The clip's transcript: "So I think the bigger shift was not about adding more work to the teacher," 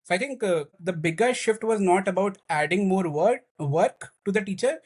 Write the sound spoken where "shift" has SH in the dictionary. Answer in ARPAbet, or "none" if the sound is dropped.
SH